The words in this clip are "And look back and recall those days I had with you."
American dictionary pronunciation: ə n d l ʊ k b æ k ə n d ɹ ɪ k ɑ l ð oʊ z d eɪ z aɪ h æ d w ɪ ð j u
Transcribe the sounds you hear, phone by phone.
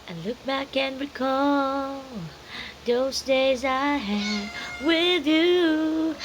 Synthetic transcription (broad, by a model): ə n l ʊ k b æ k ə n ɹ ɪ k ɑ l ð oʊ z d eɪ z aɪ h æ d w ɪ ð j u